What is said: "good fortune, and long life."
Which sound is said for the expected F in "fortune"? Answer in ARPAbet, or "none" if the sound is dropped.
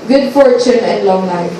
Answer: F